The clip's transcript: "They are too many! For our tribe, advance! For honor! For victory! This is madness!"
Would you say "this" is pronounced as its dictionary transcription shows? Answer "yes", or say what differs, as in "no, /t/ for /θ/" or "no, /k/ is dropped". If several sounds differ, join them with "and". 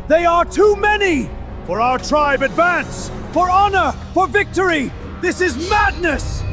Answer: yes